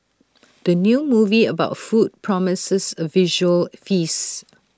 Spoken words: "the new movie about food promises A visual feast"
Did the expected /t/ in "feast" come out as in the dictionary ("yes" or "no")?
no